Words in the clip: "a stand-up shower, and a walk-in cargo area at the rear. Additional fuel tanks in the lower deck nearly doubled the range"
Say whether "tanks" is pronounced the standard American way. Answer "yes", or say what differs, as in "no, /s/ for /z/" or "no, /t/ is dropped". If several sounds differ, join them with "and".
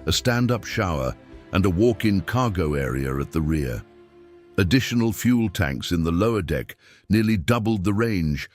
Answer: yes